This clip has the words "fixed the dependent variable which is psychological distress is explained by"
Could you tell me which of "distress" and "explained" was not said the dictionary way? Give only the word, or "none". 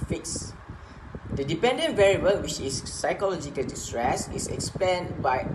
explained